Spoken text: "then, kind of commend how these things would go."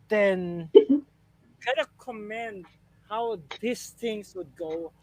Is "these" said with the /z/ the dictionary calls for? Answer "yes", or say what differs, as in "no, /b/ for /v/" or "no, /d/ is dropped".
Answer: no, /s/ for /z/